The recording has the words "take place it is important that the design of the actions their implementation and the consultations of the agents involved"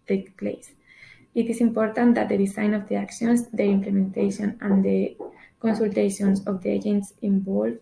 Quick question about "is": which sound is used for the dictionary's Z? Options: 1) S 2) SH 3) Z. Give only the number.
1